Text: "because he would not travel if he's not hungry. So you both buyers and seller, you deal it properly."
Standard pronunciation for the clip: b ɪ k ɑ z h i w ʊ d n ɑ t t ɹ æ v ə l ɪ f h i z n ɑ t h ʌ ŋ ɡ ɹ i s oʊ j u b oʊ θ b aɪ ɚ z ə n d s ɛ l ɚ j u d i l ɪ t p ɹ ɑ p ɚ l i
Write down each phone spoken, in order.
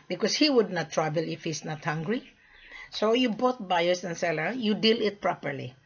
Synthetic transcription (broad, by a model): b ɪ k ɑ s h i w ʊ d n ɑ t t ɹ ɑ b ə l ɪ f h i s n ɑ t h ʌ ŋ ɡ ɹ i s oʊ j u b oʊ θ b aɪ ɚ s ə n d s ɛ l ɚ j u d i l ɪ t p ɹ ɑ p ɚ l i